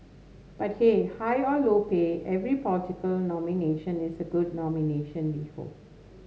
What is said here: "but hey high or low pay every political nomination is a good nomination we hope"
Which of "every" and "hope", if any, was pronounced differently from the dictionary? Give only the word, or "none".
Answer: hope